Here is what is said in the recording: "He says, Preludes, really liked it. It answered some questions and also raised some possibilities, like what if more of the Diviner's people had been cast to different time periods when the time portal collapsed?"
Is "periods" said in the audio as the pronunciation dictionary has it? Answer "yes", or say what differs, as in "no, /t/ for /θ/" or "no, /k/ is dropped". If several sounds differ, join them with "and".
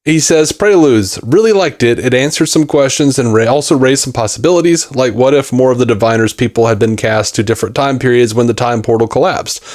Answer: yes